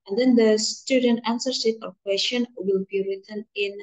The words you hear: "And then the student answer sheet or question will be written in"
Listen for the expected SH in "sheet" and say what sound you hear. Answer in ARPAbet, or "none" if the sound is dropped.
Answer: S